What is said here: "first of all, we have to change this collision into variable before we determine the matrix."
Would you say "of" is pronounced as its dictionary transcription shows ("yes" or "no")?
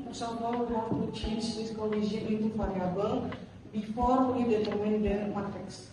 no